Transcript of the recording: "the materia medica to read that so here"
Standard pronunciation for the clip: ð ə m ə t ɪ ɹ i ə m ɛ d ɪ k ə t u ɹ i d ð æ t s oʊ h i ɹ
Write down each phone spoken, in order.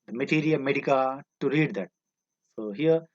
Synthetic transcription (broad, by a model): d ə m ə t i ɹ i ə m ɛ d ɪ k ə t u ɹ i d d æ t s oʊ h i ɹ